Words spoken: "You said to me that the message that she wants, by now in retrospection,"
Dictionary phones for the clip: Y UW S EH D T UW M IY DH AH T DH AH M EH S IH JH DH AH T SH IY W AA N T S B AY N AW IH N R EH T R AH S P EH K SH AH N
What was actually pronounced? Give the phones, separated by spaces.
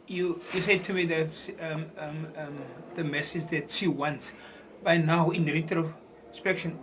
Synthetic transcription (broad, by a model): Y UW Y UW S T UW M IY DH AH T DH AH M EH S IH JH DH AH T S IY W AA N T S B AY N AW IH N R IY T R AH S P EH K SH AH N